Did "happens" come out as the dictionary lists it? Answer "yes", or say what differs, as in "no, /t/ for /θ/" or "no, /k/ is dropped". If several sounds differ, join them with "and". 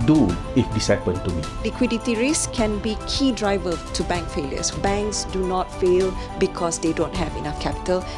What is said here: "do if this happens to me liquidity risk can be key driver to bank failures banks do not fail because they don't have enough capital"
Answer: no, /z/ is dropped